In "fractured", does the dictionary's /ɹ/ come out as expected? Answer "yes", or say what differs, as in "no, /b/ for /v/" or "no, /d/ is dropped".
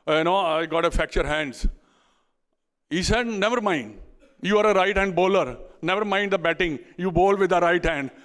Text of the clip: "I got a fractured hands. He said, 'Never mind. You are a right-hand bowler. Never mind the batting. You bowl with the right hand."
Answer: no, /ɹ/ is dropped